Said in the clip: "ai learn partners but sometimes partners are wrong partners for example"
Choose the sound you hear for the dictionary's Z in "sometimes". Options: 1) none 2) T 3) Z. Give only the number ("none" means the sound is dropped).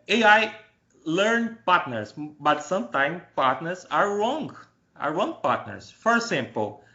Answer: 1